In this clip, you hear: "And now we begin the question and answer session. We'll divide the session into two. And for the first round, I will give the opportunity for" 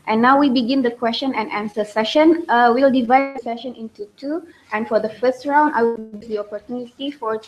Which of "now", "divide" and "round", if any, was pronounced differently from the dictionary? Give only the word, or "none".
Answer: none